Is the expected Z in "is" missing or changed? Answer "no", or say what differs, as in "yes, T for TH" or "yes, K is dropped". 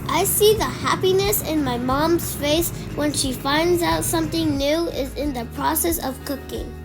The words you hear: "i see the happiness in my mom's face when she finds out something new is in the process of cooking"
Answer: no